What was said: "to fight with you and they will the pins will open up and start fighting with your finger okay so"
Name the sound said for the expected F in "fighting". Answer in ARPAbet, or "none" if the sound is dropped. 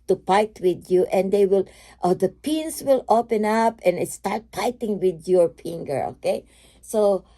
P